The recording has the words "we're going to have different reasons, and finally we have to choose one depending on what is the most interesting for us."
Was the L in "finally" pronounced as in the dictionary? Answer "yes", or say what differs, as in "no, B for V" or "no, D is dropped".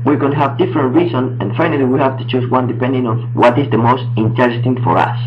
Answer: yes